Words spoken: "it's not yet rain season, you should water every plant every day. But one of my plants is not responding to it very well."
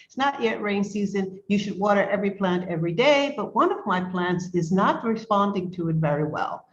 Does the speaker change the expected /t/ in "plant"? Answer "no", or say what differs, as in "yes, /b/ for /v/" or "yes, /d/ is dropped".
no